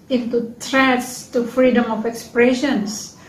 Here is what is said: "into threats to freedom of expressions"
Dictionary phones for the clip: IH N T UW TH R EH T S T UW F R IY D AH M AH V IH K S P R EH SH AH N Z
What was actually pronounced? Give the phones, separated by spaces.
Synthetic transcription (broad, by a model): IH N T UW T R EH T S T UW F R IY D AH M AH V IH K S P R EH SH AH N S